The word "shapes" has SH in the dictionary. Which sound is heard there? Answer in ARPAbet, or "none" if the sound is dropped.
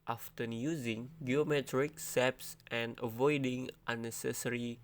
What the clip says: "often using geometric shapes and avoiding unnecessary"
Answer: S